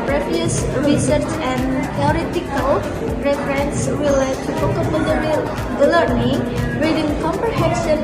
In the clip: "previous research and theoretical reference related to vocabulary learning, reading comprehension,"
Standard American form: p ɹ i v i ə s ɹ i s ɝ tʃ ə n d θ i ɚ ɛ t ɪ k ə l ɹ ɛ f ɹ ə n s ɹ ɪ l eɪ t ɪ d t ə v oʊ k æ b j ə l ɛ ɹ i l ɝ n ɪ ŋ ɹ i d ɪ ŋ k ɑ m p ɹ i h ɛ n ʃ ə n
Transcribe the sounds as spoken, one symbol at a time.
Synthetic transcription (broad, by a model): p ɹ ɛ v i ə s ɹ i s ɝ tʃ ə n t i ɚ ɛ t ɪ k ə l ɹ ɛ f ɹ ə n s w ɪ l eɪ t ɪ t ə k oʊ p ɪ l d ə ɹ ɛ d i l ɝ n ɪ ŋ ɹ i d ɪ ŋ k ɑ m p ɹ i h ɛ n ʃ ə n